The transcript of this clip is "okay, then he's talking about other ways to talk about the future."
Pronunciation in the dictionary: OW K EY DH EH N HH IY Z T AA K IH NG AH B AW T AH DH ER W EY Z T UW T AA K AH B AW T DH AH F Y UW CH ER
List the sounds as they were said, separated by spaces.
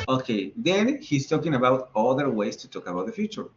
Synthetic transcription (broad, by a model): OW K EY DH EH N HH IY S T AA K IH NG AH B AW T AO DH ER W EY S T UW T AA K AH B AW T DH AH F Y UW CH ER